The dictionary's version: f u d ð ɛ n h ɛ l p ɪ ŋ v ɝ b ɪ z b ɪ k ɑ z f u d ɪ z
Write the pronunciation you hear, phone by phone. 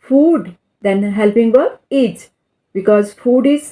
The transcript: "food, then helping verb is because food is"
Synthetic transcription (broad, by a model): f u d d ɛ n h ɛ l p ɪ ŋ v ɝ ɪ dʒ b ɪ k ɑ z f u d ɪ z